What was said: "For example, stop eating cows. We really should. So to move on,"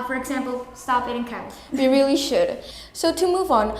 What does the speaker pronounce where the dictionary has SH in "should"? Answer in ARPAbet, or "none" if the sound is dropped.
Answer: SH